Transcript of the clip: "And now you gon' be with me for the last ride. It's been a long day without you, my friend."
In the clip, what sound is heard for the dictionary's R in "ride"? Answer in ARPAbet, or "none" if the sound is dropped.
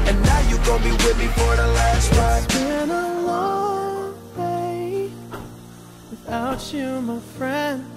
W